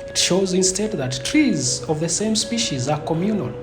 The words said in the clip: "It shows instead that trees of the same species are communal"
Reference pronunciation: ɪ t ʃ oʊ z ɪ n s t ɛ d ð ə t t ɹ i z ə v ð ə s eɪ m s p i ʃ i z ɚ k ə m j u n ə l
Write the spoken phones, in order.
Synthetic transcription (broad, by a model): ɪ t ʃ oʊ z ɪ n s t ɛ d ð ə t t ɹ i z ə v ð ə s eɪ m s p i ʃ i z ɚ k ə m j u n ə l